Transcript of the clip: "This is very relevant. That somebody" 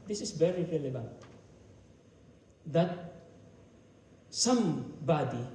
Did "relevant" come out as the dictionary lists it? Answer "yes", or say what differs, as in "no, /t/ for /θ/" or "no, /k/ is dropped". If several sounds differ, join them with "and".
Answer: yes